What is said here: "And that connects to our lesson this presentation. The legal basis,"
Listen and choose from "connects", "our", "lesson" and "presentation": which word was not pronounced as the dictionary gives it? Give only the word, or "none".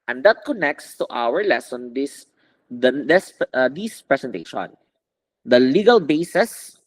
presentation